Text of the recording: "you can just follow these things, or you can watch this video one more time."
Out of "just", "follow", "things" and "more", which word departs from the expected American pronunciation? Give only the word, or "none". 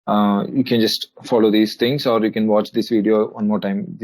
things